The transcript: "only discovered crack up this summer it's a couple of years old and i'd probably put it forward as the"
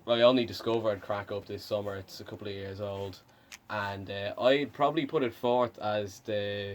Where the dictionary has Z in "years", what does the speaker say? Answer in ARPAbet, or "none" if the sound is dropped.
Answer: Z